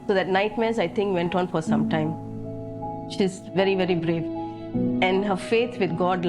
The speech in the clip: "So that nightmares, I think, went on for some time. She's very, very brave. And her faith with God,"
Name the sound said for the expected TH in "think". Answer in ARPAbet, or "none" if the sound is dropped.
T